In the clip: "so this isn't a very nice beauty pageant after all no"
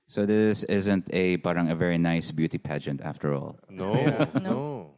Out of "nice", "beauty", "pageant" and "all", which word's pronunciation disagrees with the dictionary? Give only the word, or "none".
none